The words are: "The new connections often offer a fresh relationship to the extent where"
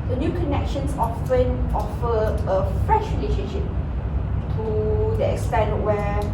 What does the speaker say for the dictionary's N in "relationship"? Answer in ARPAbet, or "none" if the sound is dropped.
none